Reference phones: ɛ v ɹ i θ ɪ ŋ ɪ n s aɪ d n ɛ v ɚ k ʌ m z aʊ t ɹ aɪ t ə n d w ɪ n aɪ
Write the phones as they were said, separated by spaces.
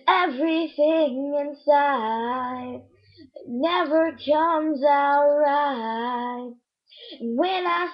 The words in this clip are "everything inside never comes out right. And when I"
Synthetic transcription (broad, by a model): ɛ v ɹ i θ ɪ ŋ ɪ n s aɪ d n ɛ v ɚ k ʌ m z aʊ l ɹ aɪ ə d w ɪ n aɪ